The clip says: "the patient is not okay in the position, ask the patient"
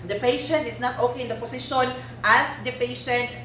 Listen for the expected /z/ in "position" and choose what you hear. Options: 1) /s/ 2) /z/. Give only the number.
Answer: 1